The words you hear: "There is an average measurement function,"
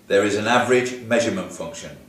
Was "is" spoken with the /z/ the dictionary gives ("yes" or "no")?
yes